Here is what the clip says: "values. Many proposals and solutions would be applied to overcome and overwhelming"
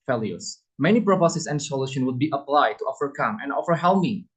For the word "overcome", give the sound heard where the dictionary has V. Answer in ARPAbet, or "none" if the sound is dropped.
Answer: F